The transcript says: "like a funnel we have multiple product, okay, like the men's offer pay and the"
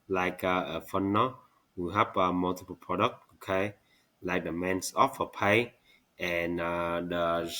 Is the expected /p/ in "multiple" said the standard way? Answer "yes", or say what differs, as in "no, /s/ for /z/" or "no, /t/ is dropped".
yes